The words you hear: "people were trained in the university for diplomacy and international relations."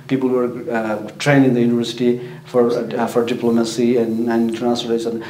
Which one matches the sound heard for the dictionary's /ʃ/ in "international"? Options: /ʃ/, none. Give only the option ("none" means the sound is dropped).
none